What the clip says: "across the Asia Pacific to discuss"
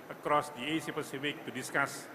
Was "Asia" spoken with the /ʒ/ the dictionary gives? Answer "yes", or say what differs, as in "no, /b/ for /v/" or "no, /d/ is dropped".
no, /s/ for /ʒ/